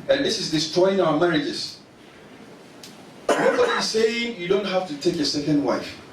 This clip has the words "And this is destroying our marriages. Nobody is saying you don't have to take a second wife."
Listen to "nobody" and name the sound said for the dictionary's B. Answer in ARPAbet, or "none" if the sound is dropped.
none